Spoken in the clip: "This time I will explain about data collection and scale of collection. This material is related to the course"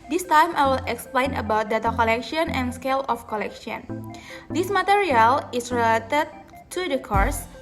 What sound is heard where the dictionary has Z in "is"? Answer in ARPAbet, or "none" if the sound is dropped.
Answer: S